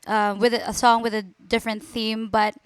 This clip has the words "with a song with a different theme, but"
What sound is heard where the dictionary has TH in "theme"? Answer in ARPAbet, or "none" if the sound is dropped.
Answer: TH